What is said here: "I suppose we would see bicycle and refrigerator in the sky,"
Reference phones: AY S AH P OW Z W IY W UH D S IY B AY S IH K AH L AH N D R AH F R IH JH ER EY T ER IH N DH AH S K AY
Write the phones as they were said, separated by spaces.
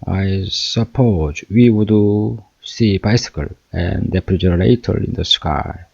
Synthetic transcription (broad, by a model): AY S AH P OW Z W IY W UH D S IY B AY S IH K AH L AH N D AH P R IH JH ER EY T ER IH N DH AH S K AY